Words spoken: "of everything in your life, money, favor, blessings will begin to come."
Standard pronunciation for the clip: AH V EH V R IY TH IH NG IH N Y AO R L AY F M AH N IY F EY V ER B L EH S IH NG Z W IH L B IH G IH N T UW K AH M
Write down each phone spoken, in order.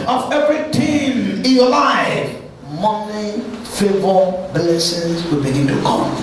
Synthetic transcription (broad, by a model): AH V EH V R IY T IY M IH N Y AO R L AY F M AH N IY F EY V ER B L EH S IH Z W IH L B IH G IH N T UW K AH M